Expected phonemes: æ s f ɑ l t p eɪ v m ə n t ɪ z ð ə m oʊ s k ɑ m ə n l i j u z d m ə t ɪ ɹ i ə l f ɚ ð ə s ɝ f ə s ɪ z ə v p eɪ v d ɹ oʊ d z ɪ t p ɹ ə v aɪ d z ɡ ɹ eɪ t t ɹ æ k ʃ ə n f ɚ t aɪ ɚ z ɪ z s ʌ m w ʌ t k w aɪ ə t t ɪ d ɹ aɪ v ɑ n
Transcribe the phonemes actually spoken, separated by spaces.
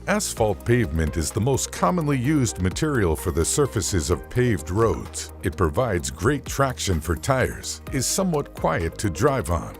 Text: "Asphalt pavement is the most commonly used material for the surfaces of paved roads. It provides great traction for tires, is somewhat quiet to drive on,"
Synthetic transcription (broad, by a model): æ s f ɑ l t p eɪ v m ə n t ɪ z ð ə m oʊ s k ɑ m ə n l i j u z d m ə t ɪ ɹ i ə l f ɚ ð ə s ɝ f ə s ɪ z ə v p eɪ v d ɹ oʊ d z ɪ t p ɹ ə v aɪ d z ɡ ɹ eɪ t t ɹ æ k ʃ ə n f ɚ t aɪ ɚ z ɪ z s ʌ m w ʌ t k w aɪ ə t t ɪ d ɹ aɪ v n